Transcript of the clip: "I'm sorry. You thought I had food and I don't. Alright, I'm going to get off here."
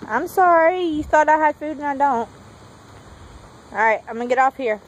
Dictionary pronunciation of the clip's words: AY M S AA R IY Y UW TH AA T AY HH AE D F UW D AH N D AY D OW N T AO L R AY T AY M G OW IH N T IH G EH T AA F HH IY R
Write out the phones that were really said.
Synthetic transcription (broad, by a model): AY M S AA R IY Y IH TH AA T AY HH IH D F UW D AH N AY D OW N T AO R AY T AY M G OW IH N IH G EH T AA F HH IY R